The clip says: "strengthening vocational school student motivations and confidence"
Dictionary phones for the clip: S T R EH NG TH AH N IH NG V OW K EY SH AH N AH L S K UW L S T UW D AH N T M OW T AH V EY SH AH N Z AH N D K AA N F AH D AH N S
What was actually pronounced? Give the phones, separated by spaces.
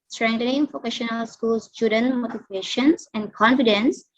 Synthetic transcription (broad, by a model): S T R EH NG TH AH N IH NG P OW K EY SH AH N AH L S K UW L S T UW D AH N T M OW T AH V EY SH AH N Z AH N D K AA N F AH D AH N S